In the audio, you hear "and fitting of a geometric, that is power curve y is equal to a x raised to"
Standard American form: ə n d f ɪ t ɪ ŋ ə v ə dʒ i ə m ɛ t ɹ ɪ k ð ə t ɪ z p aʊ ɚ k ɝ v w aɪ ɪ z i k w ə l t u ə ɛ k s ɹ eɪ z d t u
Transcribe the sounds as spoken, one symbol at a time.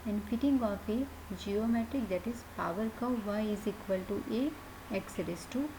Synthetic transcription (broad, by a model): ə n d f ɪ t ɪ ŋ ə f ə dʒ i ə m ɛ t ɹ ɪ k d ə t ɪ z p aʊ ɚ k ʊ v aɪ ɪ z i k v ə l t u ə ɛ k s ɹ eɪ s t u